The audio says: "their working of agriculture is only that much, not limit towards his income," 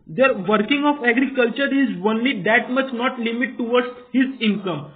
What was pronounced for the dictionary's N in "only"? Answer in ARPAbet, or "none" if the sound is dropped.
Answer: N